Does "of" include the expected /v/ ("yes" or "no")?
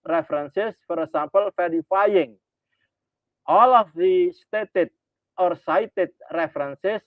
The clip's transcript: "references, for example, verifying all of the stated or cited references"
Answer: no